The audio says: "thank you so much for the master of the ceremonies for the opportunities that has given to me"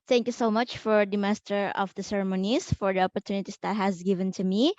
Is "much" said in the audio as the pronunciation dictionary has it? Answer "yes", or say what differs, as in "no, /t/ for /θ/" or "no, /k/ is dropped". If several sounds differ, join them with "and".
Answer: yes